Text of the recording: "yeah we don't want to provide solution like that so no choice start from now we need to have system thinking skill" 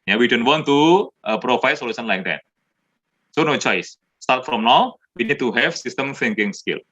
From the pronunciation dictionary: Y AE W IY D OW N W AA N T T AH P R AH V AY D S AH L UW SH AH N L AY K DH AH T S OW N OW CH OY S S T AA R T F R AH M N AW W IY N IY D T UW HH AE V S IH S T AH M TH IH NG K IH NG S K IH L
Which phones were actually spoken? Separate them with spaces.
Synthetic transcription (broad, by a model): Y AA W IY D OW N W AA N T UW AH P R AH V AY S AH L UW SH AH N L AY K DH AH T S OW N OW CH OY S S T AA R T F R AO M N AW W IY N IY D T UW HH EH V S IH S T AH M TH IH NG K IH NG S K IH L